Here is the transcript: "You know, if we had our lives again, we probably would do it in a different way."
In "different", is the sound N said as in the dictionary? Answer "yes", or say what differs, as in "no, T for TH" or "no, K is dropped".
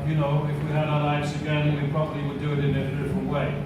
yes